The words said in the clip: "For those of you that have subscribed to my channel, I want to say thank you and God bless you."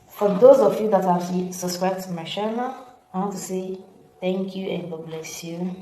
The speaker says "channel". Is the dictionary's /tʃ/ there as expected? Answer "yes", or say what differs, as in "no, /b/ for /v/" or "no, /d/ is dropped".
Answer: no, /ʃ/ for /tʃ/